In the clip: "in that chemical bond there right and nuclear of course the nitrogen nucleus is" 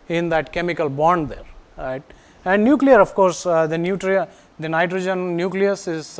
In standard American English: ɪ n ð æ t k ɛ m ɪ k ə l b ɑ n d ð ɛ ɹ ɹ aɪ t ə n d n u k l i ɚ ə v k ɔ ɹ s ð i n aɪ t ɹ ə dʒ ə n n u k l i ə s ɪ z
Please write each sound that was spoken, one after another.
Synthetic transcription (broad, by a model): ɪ n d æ t k ɛ m ɪ k ə l b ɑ n d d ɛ ɹ ɹ aɪ t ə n d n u k l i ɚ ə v k ɔ ɹ s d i n aɪ t ɹ ə dʒ ə n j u k l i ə s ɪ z